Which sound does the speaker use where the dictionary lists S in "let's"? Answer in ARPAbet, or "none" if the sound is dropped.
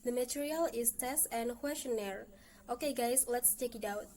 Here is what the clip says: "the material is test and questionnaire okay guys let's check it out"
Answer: S